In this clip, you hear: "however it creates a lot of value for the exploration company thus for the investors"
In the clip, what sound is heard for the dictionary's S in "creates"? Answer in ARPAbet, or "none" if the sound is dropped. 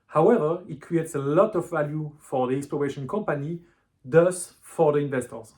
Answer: S